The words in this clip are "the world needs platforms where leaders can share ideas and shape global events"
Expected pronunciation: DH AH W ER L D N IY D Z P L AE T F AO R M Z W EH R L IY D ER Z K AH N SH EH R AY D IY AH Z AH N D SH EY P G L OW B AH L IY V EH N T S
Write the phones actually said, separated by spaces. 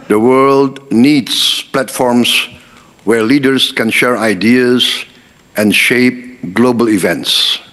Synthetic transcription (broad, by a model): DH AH W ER L D N IY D S P L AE T F AO R M S W EH R L IY D ER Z K AH N SH EH R AY D IY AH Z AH N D SH EY P G L OW B AH L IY V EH N T S